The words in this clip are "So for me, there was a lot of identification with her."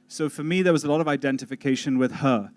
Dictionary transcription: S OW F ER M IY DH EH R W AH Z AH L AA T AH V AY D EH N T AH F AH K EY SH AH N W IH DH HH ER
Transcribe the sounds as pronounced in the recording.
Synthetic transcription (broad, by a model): S OW F ER M IY DH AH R W AH Z AH L AA T AH V AY D EH N T AH F AH K EY SH AH N W IH DH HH ER